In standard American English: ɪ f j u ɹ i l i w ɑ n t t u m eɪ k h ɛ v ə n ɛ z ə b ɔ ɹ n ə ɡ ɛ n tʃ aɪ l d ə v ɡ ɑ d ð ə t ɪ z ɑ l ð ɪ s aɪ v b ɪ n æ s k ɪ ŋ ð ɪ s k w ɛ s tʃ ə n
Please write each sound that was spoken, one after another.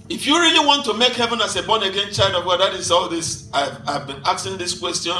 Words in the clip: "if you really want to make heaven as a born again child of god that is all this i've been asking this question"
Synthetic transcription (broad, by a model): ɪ f j u ɹ i l i w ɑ n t t u m eɪ k h ɛ v ə n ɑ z ə b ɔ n ə ɡ ɛ n tʃ aɪ l d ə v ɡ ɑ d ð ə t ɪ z ɑ l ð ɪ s aɪ v b ɪ n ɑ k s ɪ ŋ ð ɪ s k w ɛ s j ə n